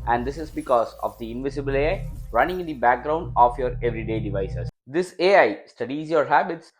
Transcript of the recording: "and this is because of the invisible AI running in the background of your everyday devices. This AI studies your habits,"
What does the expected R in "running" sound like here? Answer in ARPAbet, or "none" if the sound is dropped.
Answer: R